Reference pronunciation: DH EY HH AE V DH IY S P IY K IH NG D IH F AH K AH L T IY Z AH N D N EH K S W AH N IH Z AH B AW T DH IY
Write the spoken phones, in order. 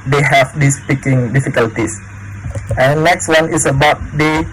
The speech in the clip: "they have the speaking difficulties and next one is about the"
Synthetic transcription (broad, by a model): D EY HH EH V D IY S P IY K IH NG D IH F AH K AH L T IY S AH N N EH K S W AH N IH S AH B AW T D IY